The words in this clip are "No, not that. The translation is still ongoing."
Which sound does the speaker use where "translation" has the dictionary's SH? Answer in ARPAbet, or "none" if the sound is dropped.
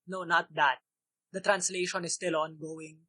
SH